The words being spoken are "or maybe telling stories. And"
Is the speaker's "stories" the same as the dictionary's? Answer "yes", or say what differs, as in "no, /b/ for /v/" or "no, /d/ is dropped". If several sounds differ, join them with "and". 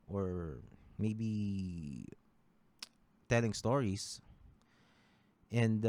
no, /s/ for /z/